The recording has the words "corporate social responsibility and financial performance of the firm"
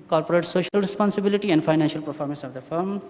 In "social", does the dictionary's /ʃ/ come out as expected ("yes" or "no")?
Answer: yes